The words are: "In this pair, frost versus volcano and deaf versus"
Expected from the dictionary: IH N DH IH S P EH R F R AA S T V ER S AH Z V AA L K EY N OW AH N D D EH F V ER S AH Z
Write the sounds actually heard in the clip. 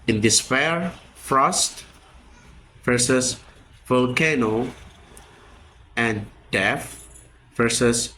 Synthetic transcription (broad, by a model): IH N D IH S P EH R F R AA S T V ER S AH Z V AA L K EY N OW AH N D D EH F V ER S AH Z